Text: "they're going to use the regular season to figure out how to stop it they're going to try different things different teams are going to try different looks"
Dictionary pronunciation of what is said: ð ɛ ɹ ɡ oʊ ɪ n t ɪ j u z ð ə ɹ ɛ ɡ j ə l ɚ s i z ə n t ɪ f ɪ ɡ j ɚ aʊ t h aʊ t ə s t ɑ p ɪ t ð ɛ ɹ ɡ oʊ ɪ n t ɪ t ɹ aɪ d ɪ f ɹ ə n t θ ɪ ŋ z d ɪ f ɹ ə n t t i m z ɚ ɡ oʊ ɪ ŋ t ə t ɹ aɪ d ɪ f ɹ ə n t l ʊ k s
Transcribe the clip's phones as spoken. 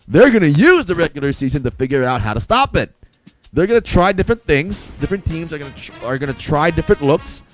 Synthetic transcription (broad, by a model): ð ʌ ɹ ɡ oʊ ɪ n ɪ j u z ð ə ɹ ɛ ɡ j l ɚ s i z ə n t ɪ f ɪ ɡ j ɚ aʊ t h aʊ t ə s t ɑ p ɪ t ð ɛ ɹ ɡ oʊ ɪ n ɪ t ɹ aɪ d ɪ f ɹ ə n θ ɪ ŋ z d ɪ f ɹ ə n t t i m z ɚ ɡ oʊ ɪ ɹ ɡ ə t ɹ aɪ d ɪ f ɹ ə n t l ʊ k s